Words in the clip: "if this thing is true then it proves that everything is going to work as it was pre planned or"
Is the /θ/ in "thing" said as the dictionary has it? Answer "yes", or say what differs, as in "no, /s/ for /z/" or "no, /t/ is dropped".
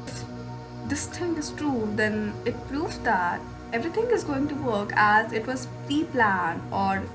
no, /t/ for /θ/